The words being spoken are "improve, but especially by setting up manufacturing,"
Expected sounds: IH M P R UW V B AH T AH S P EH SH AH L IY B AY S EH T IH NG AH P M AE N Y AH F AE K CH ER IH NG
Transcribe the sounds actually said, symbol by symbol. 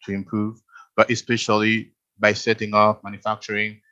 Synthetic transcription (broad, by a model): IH M P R UW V B AH T AH S P EH SH AH L IY B AY S EH T IH NG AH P M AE N Y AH F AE K CH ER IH NG